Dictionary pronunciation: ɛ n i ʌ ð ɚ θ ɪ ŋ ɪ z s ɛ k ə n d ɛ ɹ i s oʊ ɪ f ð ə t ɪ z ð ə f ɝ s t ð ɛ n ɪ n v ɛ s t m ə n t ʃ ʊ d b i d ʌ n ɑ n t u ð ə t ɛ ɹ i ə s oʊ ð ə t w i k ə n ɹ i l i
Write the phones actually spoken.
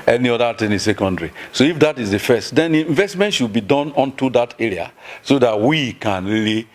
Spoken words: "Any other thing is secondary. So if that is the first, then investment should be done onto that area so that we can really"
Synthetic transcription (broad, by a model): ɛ n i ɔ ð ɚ t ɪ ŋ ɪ s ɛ k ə n d ɹ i s oʊ ɪ f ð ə t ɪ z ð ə f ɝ s t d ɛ n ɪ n v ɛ s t m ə n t ʃ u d b i d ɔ n ɑ n t u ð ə t ɛ ɹ i ə s oʊ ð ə t w i k ə n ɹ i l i